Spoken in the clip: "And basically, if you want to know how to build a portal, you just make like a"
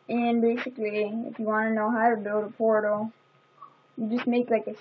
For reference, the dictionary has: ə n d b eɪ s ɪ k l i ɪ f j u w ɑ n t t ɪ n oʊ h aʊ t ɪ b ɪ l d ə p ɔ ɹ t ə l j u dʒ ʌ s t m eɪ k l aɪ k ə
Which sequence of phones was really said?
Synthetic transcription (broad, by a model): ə n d b eɪ s ɪ k l i ɪ f j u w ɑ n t t ɪ n oʊ h aʊ t ɪ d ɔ d ə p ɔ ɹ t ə j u dʒ ʌ s t m eɪ k l aɪ k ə